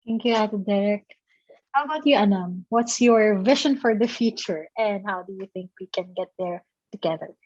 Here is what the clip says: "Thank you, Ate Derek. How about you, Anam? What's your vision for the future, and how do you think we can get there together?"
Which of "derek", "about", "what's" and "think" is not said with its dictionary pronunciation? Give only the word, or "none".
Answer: none